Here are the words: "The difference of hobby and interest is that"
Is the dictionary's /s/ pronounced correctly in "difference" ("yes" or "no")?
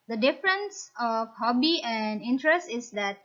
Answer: yes